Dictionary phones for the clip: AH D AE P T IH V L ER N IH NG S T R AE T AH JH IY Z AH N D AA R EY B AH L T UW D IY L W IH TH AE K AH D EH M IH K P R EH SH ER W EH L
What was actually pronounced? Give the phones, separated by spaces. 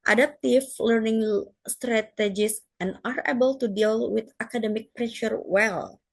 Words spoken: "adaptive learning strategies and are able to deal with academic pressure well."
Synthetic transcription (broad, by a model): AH D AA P T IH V L ER N IH NG S T R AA T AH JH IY S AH N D AA R EY B AH L T UW D IY L W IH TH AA K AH D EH M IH K P R EH SH ER W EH L